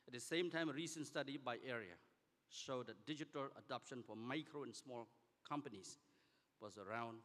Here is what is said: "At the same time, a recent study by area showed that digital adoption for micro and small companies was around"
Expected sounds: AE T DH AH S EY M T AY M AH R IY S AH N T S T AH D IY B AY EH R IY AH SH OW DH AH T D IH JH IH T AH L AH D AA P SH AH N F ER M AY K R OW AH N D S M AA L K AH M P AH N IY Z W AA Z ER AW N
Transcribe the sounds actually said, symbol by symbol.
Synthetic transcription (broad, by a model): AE T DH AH S EY M T AY M AH R IY S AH N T S T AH D IY B AY EH R IY AH SH OW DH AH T D IH JH IH T AH L AH D AA P SH AH N F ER M AY K R OW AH N S M AA L K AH M P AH N IY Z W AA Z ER AW N